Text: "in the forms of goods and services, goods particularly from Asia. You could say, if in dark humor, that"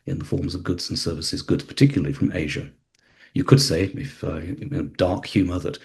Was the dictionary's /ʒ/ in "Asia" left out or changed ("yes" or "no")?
no